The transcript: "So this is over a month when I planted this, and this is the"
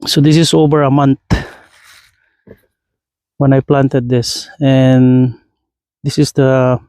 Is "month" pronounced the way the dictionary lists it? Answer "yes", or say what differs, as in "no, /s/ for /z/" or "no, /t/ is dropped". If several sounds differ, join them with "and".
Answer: no, /t/ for /θ/